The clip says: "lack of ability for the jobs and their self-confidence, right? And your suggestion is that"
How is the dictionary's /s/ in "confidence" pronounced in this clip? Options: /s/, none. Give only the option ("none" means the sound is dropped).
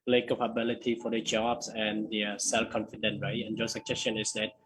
none